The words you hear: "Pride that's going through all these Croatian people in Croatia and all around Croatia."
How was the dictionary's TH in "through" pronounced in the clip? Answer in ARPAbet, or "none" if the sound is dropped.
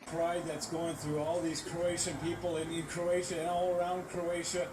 TH